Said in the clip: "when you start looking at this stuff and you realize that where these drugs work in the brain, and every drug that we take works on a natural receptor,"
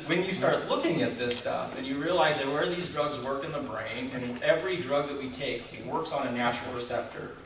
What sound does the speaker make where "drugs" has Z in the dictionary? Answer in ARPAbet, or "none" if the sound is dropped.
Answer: Z